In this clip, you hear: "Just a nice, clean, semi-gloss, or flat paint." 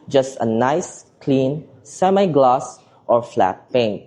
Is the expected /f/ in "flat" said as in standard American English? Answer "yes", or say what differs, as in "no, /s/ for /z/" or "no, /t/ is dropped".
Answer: yes